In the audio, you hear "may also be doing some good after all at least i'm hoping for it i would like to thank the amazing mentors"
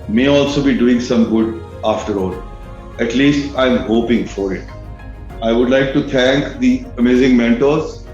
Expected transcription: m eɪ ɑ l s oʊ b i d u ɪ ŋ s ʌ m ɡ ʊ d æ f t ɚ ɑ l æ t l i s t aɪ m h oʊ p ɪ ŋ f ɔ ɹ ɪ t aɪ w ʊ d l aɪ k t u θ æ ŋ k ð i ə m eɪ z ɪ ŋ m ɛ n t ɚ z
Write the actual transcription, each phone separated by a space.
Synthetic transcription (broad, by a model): m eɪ ɑ l s oʊ b i d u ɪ ŋ s ʌ m ɡ ʊ d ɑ f t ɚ ɑ l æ t l i s t aɪ m h oʊ p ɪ ŋ f ɔ ɹ ɪ t aɪ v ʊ d l aɪ k t u t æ ŋ k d i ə m eɪ z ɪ ŋ m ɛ n t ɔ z